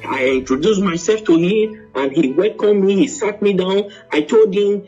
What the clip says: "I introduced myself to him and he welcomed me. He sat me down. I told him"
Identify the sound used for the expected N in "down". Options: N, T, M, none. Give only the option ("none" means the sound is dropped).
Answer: N